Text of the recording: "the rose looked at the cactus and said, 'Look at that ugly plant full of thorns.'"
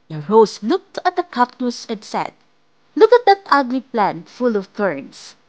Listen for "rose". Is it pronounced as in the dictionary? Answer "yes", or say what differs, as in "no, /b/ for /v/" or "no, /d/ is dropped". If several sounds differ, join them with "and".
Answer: no, /s/ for /z/